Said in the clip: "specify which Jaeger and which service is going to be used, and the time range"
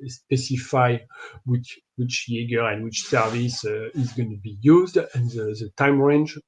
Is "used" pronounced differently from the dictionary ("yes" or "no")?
no